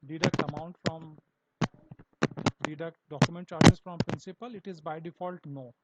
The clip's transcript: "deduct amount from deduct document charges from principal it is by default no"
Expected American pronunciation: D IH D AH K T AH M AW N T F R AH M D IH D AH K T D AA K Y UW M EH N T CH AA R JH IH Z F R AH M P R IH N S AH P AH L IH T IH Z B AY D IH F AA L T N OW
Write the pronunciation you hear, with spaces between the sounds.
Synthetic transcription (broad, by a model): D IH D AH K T AH M AW N T F R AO M D IH D AH K T D AA K Y UW M EH N T CH AA R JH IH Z F R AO M P R IH N S AH P AH L IH T IH Z B AY D IH F AA L T N OW